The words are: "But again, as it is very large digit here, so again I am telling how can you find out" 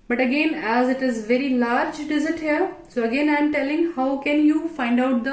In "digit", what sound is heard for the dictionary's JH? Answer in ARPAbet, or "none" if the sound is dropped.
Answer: Z